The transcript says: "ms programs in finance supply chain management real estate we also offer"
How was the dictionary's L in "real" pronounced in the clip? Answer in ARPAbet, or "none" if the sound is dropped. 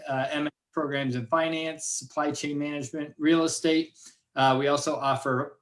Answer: L